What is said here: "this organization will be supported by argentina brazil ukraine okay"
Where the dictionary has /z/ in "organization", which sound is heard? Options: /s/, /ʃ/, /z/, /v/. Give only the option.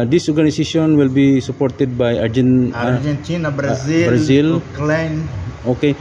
/s/